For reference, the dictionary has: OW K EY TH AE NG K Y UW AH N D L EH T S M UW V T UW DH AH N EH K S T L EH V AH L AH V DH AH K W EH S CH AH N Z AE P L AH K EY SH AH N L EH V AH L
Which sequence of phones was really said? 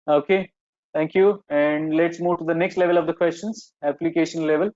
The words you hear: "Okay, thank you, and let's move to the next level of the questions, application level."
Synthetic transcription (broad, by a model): OW K EY T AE NG K Y UW AH N D L EH T S M UW V T UW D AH N EH K S T L EH V AH L AH V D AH K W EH S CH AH N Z AE P L AH K EY SH AH N L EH V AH L